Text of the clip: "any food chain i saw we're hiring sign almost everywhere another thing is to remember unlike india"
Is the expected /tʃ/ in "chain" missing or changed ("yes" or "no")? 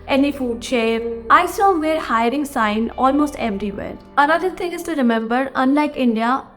yes